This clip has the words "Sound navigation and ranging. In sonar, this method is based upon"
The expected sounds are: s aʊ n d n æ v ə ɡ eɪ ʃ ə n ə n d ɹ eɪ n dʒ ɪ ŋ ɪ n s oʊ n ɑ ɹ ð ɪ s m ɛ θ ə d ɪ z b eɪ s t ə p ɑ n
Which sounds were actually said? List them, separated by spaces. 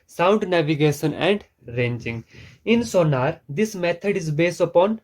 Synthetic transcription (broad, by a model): s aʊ n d n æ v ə ɡ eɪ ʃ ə n ə n d ɹ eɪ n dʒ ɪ ŋ ɪ n s oʊ n ɑ ɹ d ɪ s m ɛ t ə d ɪ z b eɪ s t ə p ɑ n